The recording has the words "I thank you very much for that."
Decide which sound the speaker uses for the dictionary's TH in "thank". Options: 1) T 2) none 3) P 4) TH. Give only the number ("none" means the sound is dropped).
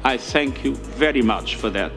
4